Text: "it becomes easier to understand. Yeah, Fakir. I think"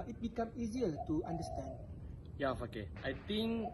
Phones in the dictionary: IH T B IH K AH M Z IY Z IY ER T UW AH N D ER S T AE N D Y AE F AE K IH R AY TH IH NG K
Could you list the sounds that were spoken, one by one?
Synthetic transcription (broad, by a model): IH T B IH K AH M IY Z IY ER T UW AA N D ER S T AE N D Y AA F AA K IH AY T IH NG K